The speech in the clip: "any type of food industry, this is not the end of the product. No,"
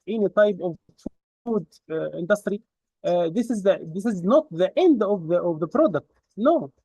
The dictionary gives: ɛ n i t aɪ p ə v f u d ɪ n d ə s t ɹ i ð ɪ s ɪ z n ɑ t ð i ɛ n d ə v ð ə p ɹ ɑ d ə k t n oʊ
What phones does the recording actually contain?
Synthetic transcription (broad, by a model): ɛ n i t aɪ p ə v f u d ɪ n d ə s t ɹ i ð ɪ s ɪ z n ɑ t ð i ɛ n d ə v ð ə p ɹ ɑ d ə k t n oʊ